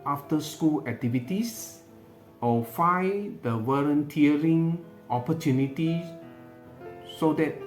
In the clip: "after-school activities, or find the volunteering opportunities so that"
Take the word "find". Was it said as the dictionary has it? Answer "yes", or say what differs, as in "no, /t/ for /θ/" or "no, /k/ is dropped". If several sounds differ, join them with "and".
no, /n/ is dropped